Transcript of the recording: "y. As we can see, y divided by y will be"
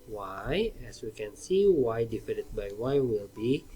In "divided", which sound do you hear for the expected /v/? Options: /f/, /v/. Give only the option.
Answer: /f/